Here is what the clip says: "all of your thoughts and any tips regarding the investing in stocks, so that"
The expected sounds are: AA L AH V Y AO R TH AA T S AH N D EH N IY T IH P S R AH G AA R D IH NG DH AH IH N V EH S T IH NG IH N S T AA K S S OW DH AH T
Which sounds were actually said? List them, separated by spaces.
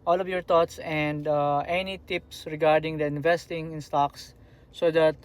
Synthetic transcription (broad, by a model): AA L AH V Y AO R T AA T S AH N D EH N IY T IH P S R AH G AA R D IH NG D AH IH N V EH S T IH NG IH N S T AA K S S OW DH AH T